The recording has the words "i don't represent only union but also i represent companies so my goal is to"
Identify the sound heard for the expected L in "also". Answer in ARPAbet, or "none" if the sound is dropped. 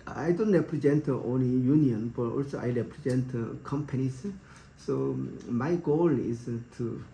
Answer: L